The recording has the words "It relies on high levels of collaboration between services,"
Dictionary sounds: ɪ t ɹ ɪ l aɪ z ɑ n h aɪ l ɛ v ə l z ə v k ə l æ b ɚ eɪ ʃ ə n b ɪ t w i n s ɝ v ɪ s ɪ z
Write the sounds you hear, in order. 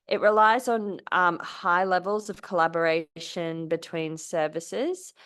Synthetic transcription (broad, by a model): ɪ t ɹ ɪ l aɪ z n h aɪ l ɛ v ə l z ə v k ə l æ b ɚ eɪ ʃ ə n b ɪ t w i n s ɝ v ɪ s ɪ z